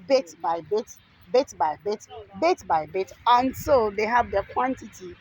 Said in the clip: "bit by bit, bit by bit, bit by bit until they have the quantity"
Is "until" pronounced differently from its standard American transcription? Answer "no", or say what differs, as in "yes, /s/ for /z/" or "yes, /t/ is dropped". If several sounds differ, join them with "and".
yes, /s/ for /t/